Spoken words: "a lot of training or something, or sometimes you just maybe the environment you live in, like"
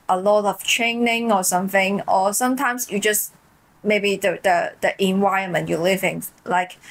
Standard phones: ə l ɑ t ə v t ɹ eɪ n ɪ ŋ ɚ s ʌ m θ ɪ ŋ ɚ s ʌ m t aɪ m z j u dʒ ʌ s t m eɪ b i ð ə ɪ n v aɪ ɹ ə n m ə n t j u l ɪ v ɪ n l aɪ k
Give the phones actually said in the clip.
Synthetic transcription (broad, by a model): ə l ɑ t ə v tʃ eɪ n ɪ ŋ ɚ s ʌ m θ ɪ ŋ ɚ s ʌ m t aɪ m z j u dʒ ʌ s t m eɪ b i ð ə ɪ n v aɪ ə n m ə n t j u l ɪ v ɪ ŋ l aɪ k